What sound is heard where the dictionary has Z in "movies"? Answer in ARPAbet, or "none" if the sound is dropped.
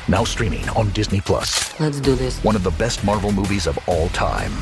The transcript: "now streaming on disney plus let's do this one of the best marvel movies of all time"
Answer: Z